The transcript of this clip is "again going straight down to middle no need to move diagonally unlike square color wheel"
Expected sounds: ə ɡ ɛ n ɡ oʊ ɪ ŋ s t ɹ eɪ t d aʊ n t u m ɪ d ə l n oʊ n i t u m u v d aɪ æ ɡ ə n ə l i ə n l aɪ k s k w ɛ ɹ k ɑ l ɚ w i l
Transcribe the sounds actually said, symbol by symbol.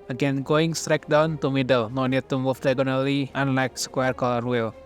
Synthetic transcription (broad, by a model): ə ɡ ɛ n ɡ oʊ ɪ ŋ s t ɹ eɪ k d aʊ n t u m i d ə l n oʊ n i t u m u f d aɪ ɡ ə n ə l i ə n l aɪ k s k w ɛ ɹ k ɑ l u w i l